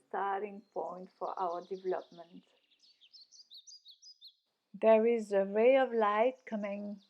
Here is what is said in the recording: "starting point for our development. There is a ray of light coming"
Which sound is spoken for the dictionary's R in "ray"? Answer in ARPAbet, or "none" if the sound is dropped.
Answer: W